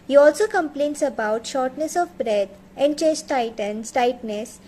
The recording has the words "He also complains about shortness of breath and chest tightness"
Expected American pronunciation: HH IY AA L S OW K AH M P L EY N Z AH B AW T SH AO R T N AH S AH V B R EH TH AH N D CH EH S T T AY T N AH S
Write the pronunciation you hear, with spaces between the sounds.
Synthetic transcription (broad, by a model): HH IY AA L S OW K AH M P L EY N S AH B AW T SH AO R T N AH S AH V B R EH T AH N D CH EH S T T AY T N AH S